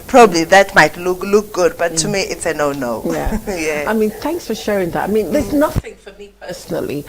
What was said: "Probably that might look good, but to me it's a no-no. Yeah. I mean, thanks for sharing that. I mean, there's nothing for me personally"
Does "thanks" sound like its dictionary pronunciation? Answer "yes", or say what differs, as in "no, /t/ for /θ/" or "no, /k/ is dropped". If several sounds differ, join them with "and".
yes